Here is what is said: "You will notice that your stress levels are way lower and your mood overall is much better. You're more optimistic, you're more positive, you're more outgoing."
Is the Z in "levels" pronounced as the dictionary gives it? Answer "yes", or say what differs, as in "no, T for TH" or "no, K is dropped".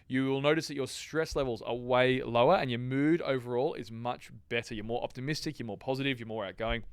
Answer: yes